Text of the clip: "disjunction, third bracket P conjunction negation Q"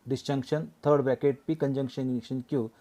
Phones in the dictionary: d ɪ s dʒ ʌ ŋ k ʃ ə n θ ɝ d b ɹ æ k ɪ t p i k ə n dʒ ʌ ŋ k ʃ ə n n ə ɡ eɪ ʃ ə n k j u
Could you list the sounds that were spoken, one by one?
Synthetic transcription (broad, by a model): d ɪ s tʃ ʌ ŋ k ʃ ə n t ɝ d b æ k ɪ t p i k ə n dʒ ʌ ŋ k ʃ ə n n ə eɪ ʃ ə n k j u